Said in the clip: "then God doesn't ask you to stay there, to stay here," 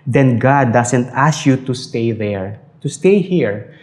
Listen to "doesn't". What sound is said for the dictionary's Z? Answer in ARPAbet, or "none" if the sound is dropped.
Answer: S